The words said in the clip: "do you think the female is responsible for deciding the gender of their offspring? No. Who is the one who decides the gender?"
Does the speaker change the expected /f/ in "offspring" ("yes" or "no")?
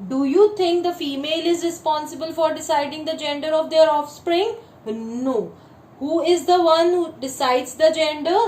no